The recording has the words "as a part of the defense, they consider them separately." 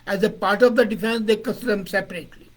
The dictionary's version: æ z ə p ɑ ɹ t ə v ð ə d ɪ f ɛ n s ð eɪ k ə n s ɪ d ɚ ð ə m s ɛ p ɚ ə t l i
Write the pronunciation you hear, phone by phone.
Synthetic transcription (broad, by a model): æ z ə p ɑ ɹ t ə v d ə d ɪ f ɛ n s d eɪ k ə s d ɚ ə m s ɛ p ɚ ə t l i